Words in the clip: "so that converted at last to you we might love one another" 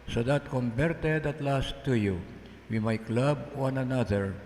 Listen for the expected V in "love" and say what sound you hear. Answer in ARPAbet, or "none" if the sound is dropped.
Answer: B